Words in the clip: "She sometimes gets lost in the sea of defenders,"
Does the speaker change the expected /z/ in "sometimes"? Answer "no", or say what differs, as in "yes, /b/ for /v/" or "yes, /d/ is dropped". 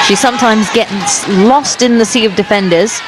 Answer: no